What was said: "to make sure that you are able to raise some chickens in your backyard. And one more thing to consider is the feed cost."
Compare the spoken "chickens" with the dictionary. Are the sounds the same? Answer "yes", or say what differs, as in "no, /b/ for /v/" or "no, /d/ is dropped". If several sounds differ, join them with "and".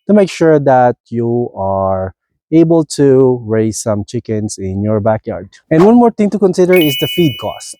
no, /s/ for /z/